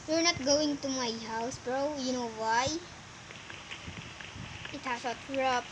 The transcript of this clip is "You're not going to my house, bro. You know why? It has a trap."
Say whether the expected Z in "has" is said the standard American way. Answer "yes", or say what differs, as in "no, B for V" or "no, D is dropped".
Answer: no, S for Z